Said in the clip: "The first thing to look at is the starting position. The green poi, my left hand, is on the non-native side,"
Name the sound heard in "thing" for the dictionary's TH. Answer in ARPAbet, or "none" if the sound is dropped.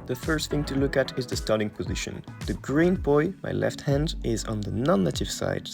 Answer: TH